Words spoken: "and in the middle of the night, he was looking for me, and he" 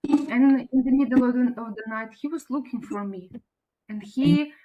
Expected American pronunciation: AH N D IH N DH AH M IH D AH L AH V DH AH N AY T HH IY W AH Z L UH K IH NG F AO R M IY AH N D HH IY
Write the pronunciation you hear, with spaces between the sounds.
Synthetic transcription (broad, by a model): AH N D IH N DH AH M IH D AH N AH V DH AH N AY T HH IY W AH Z L UH K IH NG F AO R M IY AH N D HH IY